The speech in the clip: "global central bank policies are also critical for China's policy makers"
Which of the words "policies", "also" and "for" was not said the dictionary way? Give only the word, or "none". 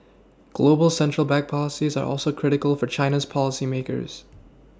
none